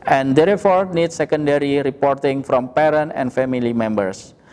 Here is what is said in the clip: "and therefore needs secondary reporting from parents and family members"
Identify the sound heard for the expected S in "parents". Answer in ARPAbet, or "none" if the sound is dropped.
none